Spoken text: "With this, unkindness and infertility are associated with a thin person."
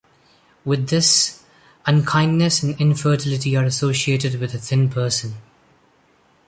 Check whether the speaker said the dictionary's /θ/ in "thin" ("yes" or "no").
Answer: yes